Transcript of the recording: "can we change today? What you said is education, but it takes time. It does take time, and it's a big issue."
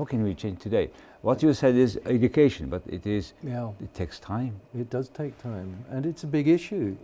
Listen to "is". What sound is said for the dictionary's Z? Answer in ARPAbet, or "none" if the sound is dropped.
Z